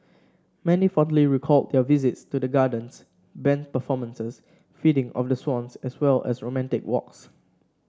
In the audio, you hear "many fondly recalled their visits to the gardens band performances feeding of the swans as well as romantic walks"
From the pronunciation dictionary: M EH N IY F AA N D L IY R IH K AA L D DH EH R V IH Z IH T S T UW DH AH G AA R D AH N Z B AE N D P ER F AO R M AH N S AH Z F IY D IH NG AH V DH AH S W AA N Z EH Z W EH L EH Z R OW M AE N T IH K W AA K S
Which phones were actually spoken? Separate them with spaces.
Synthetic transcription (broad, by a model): M EH N IY F AA N D L IY R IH K AA L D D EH V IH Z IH T S T UW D AH G AA D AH N S B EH N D P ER F AO M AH N S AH S F IY D IH NG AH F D AH S W AA N S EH S W EH L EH S R OW M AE N T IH K W AA K S